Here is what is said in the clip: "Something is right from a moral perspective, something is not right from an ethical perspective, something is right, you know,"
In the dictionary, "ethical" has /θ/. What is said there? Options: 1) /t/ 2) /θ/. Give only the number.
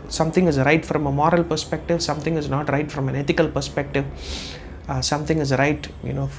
1